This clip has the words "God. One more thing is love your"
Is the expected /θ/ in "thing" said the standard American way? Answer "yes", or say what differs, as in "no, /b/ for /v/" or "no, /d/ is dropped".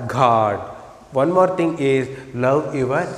no, /t/ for /θ/